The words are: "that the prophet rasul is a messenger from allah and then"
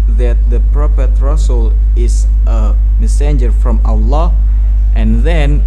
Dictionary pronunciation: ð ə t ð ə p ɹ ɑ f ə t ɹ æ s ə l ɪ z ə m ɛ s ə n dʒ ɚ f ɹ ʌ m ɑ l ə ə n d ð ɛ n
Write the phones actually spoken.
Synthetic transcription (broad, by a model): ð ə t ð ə p ɹ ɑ p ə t ɹ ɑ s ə l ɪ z ə m ɛ s ə n dʒ ɚ f ɹ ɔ m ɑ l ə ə n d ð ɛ n